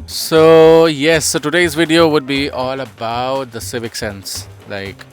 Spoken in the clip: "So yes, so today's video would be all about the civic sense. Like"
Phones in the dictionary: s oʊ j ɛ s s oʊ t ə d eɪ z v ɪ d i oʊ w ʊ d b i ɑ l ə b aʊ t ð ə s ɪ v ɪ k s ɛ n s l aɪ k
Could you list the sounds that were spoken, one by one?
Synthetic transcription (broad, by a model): s oʊ j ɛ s s oʊ t ə d eɪ z v ɪ d i oʊ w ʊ d b i ɑ l ə b aʊ t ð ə s ɪ v ɪ k s ɛ n s l aɪ k